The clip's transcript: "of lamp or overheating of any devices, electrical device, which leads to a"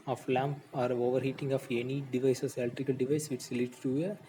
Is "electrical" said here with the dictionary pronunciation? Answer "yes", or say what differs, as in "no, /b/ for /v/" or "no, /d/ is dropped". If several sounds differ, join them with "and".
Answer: no, /ɹ/ is dropped